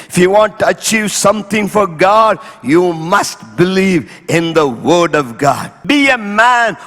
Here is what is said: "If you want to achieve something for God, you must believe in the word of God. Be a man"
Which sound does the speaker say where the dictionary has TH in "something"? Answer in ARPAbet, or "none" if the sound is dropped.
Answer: T